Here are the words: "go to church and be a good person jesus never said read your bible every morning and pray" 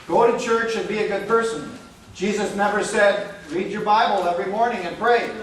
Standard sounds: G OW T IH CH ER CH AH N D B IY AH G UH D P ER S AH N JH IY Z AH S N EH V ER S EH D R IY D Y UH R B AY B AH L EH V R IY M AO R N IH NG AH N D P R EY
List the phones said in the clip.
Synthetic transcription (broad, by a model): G OW T IH CH ER CH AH N B IY AH G UH D P ER S AH N JH IY Z AH S N EH V ER S EH D R IY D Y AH R B AY B AH L EH V R IY M AO R N IH NG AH N P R EY